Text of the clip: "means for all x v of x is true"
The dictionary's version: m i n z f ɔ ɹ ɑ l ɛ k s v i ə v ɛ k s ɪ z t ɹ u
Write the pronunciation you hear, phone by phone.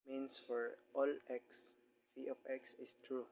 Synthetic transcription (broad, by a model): m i n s f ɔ ɹ ɑ l ɛ k s f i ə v ɛ k s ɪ s t ɹ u